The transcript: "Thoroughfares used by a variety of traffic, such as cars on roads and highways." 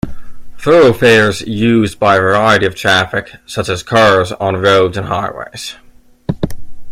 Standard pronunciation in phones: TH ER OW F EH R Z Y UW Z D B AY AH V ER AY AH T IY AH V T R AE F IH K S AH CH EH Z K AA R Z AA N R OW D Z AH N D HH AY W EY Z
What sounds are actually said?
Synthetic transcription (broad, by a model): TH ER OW F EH R Z Y UW Z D B AY AH V ER AY AH T IY AH V T R AE F IH K S AH CH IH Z K AA R Z N R OW D Z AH N HH AY W EY Z